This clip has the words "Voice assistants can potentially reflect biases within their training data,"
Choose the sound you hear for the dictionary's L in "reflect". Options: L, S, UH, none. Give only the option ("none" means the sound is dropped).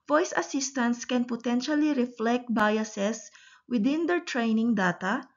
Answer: L